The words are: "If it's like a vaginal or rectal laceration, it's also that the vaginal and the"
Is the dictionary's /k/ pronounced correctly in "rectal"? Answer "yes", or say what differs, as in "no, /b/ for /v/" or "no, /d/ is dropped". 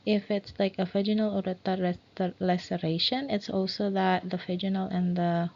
no, /k/ is dropped